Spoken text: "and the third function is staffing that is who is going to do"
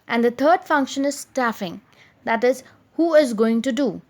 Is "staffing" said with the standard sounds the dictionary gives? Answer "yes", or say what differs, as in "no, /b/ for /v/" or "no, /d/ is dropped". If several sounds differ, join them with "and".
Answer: yes